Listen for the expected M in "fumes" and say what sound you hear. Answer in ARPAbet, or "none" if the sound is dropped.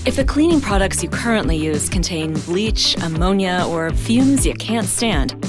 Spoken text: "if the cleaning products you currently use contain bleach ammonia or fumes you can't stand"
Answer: M